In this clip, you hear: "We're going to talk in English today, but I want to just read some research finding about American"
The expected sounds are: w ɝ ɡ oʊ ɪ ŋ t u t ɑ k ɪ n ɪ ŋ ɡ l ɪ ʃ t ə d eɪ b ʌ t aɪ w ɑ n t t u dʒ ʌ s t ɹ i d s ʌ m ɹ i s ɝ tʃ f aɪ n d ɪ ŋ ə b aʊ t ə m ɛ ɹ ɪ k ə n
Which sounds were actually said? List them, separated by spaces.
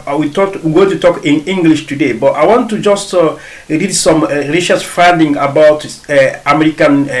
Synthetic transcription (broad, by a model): w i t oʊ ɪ t u t ɑ k ɪ n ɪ ŋ ɡ l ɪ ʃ t ə d eɪ b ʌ t aɪ w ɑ n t t u dʒ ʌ s t ɹ i d s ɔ m ɹ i ʃ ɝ s f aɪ n d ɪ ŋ ə b aʊ t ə m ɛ ɹ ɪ k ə n